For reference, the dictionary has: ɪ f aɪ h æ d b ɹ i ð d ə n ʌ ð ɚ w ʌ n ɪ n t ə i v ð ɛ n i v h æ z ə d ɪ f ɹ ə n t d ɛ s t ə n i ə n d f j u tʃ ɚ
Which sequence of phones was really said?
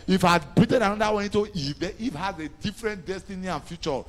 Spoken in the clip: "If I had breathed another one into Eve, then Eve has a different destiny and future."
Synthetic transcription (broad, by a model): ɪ f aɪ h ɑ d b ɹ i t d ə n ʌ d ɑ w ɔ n ɪ n t ə i v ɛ i f h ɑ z ə d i f ɹ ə n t d ɛ s t ə n i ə n f j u tʃ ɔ